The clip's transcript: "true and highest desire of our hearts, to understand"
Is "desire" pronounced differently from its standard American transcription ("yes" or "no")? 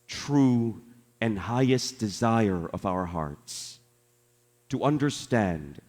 no